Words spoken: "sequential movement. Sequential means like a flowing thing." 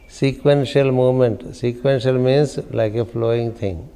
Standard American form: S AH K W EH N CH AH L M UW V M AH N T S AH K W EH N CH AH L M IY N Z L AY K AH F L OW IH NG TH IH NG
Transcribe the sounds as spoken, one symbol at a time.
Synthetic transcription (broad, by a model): S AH K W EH N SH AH L M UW M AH N T S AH K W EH N SH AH L M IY N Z L AY K AH F L OW IH NG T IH NG